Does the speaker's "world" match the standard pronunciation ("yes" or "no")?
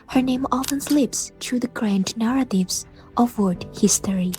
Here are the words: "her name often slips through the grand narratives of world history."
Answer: no